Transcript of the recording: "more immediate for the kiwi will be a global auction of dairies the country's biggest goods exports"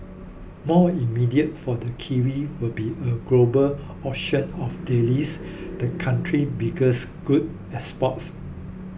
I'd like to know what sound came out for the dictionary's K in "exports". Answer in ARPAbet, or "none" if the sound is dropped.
none